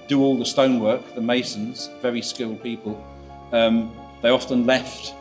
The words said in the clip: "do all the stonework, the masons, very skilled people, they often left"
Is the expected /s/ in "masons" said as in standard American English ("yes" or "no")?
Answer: yes